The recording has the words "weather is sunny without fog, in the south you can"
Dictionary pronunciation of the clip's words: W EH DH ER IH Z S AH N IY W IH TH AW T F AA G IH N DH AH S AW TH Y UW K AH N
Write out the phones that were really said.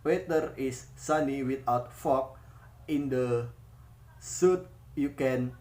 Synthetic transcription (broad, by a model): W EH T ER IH S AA N IY W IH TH AW T F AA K IH N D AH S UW T Y UW K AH N